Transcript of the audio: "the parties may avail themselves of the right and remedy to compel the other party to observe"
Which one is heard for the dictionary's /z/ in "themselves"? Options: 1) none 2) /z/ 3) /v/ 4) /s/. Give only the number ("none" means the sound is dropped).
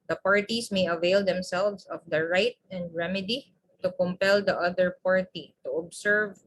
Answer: 4